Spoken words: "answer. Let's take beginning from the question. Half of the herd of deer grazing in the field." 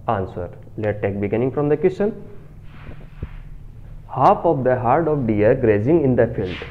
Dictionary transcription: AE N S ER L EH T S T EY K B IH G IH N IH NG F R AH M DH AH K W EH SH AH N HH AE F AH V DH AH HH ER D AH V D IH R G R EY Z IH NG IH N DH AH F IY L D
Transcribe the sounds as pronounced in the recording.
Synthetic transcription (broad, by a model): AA N S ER L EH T T EY K B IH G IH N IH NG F R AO M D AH K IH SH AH N HH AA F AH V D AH HH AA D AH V D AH R G R EY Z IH NG IH N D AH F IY L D